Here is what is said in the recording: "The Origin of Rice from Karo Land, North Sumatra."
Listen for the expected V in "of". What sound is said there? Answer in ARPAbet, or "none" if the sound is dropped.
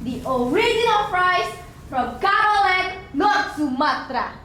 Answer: P